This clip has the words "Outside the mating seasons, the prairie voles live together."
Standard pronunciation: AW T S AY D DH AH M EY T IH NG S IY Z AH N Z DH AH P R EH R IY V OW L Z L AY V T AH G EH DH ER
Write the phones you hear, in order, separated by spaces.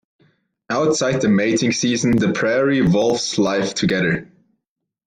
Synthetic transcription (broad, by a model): AW T S AY D DH AH M EY T IH NG S IY Z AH N DH AH P R EH R IY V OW L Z L AY F T AH G EH DH ER